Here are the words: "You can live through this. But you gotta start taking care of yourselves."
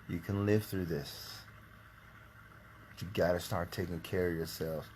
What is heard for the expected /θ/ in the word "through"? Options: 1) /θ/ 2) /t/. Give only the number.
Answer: 1